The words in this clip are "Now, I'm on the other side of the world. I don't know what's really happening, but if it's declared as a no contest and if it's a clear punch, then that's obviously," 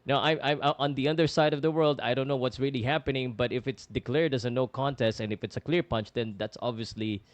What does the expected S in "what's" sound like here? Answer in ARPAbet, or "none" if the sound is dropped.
S